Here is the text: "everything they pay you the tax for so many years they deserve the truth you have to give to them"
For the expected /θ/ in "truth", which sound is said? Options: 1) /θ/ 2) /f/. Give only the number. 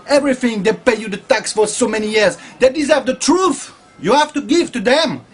1